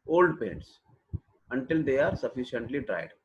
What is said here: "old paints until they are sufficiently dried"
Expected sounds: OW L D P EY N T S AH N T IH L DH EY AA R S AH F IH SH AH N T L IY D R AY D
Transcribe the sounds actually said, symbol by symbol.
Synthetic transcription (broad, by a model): OW L D P EY N T S AH N T IH L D EY AA R S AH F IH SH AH N T L IY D R AY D